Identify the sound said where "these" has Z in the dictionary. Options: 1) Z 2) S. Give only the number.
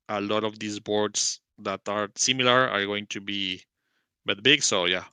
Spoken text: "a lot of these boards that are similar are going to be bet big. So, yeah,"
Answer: 2